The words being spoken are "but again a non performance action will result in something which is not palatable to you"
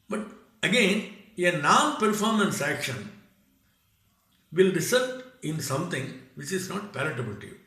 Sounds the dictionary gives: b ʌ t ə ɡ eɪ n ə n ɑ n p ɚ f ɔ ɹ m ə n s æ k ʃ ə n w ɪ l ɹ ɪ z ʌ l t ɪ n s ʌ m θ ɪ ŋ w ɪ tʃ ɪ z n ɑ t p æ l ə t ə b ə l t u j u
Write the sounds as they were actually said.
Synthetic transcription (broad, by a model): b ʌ t ə ɡ eɪ n ə n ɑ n p ɚ f ɔ ɹ m ə n s æ k ʃ ə n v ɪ l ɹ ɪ s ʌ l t ɪ n s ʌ m t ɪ ŋ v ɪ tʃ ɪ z n ɑ t p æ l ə t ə b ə l t u j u